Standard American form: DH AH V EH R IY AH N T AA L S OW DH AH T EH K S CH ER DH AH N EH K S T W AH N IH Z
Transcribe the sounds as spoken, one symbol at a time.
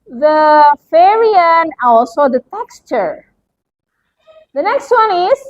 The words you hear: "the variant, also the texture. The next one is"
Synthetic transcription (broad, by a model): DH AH F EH R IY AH N AA L S OW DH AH T EH K S CH ER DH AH N EH K S T W AH N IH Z